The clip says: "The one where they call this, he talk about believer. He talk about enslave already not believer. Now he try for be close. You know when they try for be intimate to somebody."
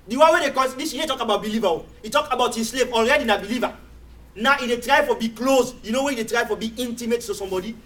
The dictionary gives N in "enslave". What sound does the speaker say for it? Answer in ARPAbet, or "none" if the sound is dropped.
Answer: none